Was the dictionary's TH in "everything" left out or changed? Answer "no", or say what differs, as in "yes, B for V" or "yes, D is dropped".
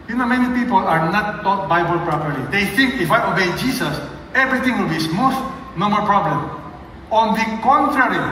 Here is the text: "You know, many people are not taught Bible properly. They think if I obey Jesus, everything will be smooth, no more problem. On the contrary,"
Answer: yes, T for TH